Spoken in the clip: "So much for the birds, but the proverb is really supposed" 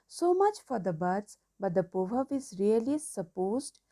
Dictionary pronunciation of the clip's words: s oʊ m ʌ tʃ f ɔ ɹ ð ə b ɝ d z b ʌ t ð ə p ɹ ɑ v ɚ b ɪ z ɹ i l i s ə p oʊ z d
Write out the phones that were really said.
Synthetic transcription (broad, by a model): s oʊ m ʌ tʃ f ɔ ɹ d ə b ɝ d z b ʌ t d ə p ɑ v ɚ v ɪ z ɹ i l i s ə p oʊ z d